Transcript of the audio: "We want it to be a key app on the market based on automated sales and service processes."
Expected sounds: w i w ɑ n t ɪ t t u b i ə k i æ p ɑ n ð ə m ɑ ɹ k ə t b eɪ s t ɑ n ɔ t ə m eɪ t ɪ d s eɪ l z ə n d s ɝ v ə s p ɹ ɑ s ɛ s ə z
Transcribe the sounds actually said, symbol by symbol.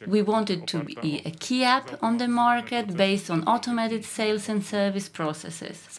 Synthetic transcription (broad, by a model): w i w ɑ n t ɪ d t u b i ə k i æ p ɑ n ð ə m ɑ ɹ k ə t b eɪ s t ɑ n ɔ t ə m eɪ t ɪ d s eɪ l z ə n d s ɝ v ə s p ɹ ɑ s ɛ s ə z